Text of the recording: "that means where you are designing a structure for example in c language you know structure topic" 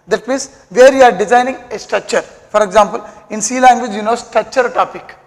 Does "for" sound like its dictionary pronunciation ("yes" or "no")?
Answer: yes